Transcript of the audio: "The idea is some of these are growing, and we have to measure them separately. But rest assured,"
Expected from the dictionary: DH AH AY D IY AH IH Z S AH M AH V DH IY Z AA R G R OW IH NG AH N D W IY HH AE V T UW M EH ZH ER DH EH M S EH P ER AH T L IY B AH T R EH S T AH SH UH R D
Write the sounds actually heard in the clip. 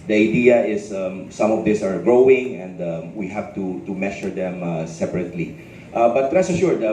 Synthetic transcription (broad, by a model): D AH AY D IY AH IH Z S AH M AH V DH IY S AA R G R OW IH NG AH N D W IY HH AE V T UW M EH SH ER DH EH M S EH P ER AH T L IY B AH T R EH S AH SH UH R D